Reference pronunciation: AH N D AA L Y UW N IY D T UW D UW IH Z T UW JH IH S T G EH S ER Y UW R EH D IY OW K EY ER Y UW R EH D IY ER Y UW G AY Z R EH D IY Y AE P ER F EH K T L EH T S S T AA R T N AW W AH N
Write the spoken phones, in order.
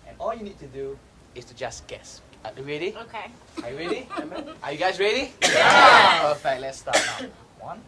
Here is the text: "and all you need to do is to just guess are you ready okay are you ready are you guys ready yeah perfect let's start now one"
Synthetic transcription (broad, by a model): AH N AA L Y UW N IY D T UW D UW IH S T UW JH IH S G EH S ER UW R EH D IY OW K EY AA Y UW R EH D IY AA Y UW G AY S R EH D IY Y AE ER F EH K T L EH T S S T AA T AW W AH N